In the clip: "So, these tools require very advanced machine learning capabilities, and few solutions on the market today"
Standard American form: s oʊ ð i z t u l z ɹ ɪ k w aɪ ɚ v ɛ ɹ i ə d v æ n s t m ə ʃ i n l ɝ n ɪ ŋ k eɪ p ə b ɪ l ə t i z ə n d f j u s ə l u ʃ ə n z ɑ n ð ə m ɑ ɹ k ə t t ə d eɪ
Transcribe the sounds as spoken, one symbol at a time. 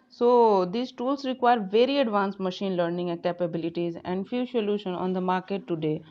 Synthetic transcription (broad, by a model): s oʊ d i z t u l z ɹ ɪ k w aɪ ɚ v ɛ ɹ i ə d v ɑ n s t m ə ʃ i n l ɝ n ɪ ŋ k eɪ p ə b ɪ l ə t i z ə n d f j u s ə l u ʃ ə n ɑ n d ə m ɑ ɹ k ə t t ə d eɪ